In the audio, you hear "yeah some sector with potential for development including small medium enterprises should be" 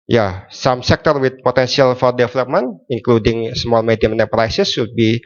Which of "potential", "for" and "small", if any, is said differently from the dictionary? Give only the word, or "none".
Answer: potential